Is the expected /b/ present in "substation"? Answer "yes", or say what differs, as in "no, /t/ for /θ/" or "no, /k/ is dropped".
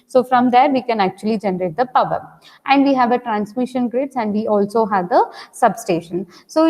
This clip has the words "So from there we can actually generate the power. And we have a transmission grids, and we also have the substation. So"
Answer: yes